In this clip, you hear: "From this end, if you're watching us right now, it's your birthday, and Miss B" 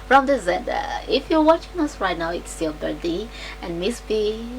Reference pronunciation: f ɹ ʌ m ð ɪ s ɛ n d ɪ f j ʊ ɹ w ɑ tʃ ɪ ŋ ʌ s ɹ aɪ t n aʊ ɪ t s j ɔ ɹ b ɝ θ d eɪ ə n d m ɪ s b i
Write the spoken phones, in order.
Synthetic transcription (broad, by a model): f ɹ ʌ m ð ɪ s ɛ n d ɪ f j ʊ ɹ w ɑ tʃ ɪ ŋ ʌ s ɹ aɪ t n aʊ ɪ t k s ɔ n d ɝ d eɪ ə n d m ɪ s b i